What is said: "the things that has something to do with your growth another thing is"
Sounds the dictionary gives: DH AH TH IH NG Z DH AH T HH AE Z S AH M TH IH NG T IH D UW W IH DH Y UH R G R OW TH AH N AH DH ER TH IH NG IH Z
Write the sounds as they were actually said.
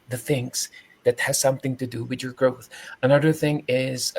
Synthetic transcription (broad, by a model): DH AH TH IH NG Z DH AH T HH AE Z S AH M TH IH NG T IH D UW W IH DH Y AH R G R OW TH AH N AH DH ER TH IH NG IH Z